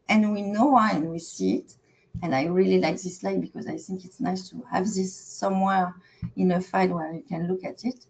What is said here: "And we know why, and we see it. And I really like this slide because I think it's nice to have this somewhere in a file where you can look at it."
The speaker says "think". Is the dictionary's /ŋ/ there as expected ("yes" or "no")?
yes